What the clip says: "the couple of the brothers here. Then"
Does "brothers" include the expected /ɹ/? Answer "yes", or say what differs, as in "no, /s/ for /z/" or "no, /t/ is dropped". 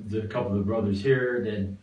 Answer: yes